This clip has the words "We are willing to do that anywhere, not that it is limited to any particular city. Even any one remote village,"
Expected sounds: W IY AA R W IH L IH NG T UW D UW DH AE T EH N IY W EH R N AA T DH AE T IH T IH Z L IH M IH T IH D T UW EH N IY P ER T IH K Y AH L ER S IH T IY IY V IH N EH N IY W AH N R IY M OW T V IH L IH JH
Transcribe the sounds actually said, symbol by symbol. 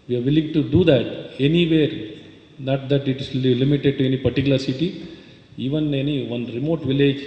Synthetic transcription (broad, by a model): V IY AA R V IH L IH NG T UW D UW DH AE T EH N IY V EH R N AA T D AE T IH T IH S L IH M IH T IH D T UW EH N IY P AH T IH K Y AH L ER S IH T IY IY V IH N EH N IY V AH N R IY M OW T V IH L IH JH